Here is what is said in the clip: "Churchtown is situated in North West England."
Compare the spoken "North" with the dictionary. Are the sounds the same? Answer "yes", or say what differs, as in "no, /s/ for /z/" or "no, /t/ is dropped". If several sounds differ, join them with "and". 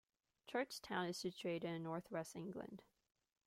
yes